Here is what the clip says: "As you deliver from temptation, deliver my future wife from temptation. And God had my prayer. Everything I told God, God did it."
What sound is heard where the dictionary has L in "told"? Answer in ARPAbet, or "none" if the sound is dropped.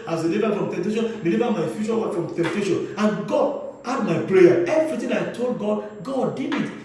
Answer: L